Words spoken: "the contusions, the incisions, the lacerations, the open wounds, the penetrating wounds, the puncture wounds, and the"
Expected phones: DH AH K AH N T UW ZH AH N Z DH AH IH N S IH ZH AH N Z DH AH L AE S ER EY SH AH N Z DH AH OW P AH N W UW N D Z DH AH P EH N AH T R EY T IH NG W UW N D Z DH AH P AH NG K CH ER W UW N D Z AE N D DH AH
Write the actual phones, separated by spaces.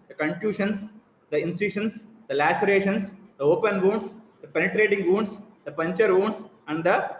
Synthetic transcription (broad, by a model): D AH K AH N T UW SH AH N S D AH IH N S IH SH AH N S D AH L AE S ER EY SH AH N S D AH OW P AH N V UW N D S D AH P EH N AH T R EY T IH NG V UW N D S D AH P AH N CH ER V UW N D S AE N D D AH